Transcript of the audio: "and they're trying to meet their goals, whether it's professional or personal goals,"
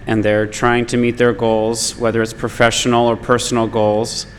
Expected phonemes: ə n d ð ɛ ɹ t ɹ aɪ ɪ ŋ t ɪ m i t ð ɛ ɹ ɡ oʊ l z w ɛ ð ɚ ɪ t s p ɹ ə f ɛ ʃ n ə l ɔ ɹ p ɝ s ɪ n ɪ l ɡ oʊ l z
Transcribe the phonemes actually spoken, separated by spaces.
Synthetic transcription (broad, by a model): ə n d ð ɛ ɹ t ɹ aɪ ɪ ŋ t ɪ m i t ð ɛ ɹ ɡ oʊ l z w ɛ ð ɚ ɪ t s p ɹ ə f ɛ ʃ n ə l ɔ ɹ p ɝ s n l ɡ oʊ l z